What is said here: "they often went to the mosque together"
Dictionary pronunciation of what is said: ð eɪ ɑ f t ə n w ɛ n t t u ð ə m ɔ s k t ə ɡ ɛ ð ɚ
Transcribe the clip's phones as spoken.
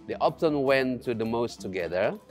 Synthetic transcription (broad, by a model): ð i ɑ p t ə n w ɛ n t t u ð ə m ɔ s t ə ɡ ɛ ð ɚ